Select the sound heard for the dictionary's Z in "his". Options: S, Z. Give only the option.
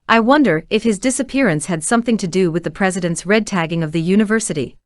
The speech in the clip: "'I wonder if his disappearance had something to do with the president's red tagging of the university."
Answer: Z